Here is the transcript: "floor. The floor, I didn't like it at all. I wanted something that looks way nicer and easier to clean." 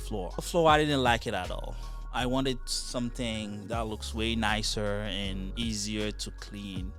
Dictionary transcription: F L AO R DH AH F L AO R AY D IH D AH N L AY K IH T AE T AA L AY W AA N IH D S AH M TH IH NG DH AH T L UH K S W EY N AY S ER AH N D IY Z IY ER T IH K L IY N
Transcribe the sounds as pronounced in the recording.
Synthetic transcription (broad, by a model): F L AO R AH F L AO R AY D IH D N L AY K IH T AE T AA L AY W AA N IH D S AH M TH IH NG DH AH T L UH K S W EY N AY S ER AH N IY Z IY ER T IH K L IY N